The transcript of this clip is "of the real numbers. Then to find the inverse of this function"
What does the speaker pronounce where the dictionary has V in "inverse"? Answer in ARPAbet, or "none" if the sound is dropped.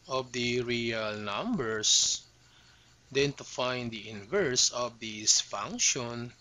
V